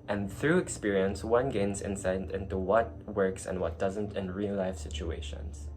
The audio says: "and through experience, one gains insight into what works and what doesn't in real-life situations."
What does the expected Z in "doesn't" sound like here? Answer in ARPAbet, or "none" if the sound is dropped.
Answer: Z